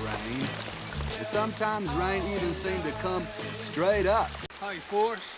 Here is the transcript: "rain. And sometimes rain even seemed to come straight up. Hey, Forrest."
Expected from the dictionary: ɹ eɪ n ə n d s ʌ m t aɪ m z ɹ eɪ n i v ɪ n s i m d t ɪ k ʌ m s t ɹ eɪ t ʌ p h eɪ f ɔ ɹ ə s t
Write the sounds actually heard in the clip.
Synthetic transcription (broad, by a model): ɹ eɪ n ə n s ʌ m t aɪ m z ɹ eɪ n i v ɪ n s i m t ɪ k ʌ m s t ɹ eɪ t ʌ p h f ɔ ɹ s